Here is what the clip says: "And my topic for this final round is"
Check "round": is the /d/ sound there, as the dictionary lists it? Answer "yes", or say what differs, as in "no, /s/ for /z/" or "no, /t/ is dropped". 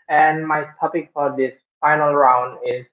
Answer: yes